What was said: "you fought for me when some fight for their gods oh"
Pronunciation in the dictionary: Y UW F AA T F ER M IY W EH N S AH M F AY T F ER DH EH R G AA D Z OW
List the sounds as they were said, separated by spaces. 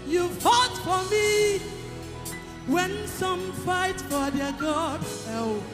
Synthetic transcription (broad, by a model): Y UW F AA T F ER M IY W EH N S AH M F AY T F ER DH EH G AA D OW